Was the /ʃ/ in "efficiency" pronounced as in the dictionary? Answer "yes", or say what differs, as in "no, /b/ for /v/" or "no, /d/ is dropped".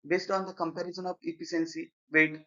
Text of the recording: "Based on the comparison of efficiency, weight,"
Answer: no, /s/ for /ʃ/